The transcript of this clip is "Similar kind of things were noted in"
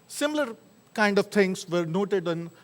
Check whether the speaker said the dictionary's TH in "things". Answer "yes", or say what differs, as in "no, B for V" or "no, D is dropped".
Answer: no, T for TH